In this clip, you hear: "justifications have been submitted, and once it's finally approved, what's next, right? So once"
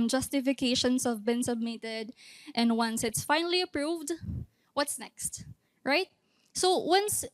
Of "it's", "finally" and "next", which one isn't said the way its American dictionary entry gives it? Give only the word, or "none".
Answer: none